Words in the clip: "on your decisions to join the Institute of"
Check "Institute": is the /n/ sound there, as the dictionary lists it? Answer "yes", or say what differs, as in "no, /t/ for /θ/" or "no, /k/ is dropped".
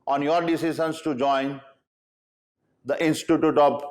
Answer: yes